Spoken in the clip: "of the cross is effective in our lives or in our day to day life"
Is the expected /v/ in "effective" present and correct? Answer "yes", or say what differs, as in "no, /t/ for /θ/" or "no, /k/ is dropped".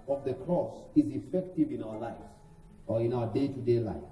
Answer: yes